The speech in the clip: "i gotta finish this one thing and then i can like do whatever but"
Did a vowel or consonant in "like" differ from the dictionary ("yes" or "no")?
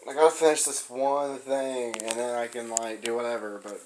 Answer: no